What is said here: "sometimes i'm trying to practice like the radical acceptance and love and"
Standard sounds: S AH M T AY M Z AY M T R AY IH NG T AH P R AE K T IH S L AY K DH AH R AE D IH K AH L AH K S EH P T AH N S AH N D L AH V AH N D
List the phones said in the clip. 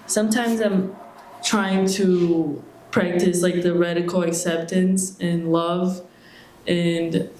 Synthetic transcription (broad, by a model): S AH M T AY M Z AY M T R AY IH NG T AH P R AE K T IH S L AY K DH AH R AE D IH K L AH K S EH P T AH N S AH N L AH V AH N